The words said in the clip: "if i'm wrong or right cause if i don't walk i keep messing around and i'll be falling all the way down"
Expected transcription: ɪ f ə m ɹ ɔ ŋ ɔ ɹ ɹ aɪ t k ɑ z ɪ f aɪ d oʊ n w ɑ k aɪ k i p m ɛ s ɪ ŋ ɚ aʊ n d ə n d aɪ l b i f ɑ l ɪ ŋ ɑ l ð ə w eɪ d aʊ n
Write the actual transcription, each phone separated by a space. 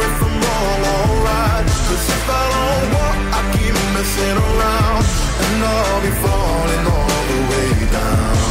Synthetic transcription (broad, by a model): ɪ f ə m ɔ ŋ ɔ l ɹ aɪ t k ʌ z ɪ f aɪ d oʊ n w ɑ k aɪ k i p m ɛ s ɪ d ɚ aʊ n d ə n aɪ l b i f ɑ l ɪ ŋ ɑ l ð ə w eɪ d aʊ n